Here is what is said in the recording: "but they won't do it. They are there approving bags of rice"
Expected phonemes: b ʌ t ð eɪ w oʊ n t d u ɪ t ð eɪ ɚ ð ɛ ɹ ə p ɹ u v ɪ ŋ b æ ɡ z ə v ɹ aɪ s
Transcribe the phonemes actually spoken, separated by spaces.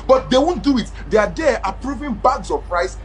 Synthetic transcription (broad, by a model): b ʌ t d eɪ w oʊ n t d u ɪ t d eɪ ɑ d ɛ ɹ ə p ɹ u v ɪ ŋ b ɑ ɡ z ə p ɹ aɪ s